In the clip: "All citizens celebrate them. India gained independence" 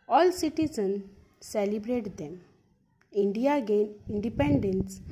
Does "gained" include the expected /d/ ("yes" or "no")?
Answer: no